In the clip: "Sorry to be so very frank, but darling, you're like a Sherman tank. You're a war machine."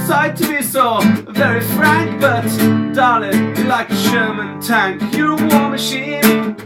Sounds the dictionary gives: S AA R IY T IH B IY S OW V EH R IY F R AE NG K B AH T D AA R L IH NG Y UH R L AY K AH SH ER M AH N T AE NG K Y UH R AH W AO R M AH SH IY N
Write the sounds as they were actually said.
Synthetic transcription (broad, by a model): S AA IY T IH B IY S OW V EH R IY F R AE NG K B AH T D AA L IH L AY K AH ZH ER M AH N T AE NG K Y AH R AH W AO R M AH SH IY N